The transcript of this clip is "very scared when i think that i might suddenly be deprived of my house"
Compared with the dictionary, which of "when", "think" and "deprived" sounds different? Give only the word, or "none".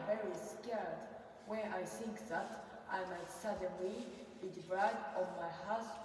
deprived